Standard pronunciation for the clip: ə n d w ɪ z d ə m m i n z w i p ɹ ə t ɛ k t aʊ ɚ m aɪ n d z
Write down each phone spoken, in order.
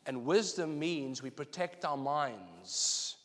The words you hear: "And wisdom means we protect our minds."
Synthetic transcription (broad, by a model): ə n w ɪ z d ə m m i n z w i p ɹ ə t ɛ k t aʊ ɚ m aɪ n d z